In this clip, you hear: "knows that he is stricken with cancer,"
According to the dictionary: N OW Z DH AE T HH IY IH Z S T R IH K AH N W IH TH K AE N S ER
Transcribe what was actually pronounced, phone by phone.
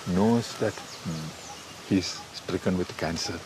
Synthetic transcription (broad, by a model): N OW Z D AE T HH IY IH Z S T R IH K AH N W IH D K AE N S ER